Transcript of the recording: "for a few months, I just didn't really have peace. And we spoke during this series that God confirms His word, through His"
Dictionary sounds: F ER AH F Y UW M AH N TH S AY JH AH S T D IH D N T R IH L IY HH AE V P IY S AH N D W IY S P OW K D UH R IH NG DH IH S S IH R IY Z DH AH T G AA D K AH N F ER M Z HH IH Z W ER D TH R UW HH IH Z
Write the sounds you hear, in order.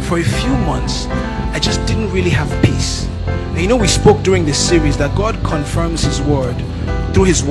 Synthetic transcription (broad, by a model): F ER AH F Y UW M AH N TH S AY JH AH S D IH D N T R IH L IY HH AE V P IY S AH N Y W IY S P OW K D UH R IH NG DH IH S S IH R IY Z DH AH T G AA D K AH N F ER M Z HH IH Z W ER D TH R UW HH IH Z